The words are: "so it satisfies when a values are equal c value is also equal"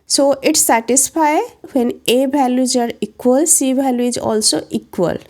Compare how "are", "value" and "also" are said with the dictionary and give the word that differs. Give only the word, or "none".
value